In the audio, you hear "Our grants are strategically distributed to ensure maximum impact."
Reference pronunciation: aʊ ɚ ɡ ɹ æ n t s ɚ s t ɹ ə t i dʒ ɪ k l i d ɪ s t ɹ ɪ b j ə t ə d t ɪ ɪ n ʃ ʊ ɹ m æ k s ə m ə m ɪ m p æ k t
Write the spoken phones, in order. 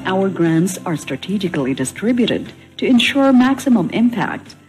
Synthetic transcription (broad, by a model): aʊ ɚ ɡ ɹ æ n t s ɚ s t ɹ ə t i dʒ ɪ k l i d ɪ s t ɹ ɪ b j ə t ə d t ɪ ɪ n ʃ ʊ ɹ m æ k s ə m ə m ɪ m p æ k t